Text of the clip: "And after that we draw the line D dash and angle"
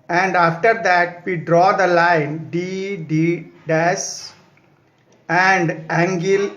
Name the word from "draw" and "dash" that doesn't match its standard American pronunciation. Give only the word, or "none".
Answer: dash